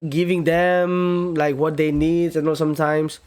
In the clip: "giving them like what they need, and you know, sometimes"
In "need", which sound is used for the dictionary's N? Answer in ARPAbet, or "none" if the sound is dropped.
N